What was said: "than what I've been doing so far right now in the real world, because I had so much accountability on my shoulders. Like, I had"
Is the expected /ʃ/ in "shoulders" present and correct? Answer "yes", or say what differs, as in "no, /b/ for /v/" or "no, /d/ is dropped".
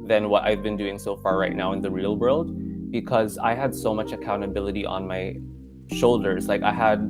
yes